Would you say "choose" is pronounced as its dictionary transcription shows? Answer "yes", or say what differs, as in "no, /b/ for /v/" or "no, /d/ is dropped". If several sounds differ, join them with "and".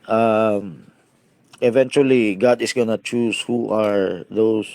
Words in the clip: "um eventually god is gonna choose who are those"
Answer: no, /s/ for /z/